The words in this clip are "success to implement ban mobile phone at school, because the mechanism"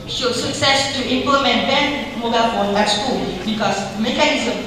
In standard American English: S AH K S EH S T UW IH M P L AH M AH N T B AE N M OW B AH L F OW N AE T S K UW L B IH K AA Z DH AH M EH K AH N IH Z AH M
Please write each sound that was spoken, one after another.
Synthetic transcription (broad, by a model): S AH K S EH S T UW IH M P L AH M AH N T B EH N M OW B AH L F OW L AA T S K UW L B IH K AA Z M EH K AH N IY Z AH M